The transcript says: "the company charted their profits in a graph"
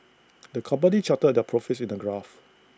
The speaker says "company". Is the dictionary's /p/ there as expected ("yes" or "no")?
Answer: no